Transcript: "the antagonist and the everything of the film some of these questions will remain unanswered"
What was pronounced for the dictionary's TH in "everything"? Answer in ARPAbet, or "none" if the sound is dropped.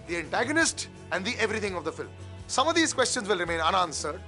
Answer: T